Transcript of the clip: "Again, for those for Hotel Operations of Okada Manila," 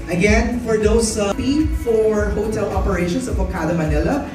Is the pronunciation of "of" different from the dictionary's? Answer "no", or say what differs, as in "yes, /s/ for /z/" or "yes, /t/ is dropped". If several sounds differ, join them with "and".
yes, /p/ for /v/